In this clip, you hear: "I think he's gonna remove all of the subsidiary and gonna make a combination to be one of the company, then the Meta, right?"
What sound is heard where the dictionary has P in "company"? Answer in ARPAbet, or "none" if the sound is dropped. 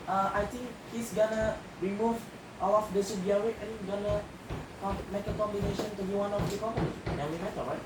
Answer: none